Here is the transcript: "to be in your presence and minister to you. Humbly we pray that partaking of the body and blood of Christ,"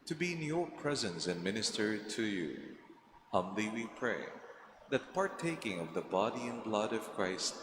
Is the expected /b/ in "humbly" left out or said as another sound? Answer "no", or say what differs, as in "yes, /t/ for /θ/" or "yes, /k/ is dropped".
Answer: yes, /b/ is dropped